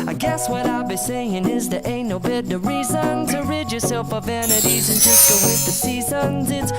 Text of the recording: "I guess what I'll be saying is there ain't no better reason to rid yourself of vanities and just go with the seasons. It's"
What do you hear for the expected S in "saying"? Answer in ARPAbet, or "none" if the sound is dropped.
S